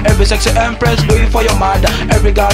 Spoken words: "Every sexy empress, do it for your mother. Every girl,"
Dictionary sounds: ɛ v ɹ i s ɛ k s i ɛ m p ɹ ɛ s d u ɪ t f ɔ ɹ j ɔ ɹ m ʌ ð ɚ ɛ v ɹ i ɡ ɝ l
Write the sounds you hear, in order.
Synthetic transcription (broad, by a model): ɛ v ɹ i s ɛ k s i ɛ m p ɹ ɛ s d u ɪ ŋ f ɔ ɹ j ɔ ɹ m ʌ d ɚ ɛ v ɹ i ɡ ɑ